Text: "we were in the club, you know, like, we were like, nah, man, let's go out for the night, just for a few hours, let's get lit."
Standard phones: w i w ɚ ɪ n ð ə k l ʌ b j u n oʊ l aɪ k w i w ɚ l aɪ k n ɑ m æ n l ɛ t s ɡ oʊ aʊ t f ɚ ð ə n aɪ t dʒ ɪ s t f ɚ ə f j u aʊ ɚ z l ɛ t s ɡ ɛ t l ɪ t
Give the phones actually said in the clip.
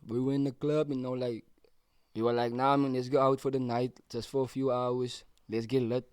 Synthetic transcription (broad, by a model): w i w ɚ ɪ n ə k l ʌ b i n oʊ l aɪ k w i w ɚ l aɪ k n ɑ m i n l ɛ t s ɡ oʊ aʊ t f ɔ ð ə n aɪ t dʒ ɪ s t f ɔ ə f j u aʊ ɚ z l ɛ t s ɡ ɛ t l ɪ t